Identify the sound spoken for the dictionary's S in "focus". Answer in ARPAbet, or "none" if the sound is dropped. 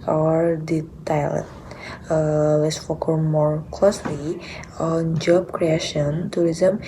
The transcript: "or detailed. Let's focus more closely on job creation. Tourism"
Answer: none